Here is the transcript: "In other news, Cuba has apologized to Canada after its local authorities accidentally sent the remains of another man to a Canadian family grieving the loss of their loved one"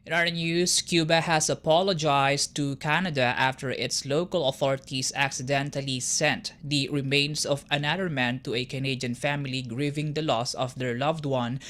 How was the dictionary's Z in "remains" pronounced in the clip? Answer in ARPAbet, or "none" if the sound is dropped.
S